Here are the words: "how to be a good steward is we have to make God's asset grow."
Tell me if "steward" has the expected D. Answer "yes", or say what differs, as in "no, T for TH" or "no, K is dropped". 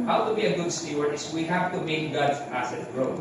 no, D is dropped